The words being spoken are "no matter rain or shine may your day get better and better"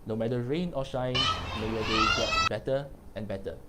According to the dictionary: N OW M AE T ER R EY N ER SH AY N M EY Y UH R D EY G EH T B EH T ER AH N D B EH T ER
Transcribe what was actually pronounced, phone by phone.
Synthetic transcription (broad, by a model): N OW M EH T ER R EY N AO SH AY N M EY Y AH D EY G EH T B EH T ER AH N B EH T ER